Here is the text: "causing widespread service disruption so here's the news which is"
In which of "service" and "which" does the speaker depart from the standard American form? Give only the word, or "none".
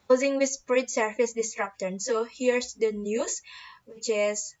service